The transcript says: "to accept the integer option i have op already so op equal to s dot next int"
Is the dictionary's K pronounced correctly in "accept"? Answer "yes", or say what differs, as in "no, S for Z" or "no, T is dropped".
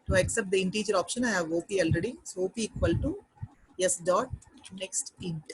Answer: yes